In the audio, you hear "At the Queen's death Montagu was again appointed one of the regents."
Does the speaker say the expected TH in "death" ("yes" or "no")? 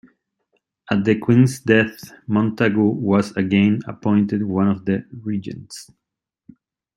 yes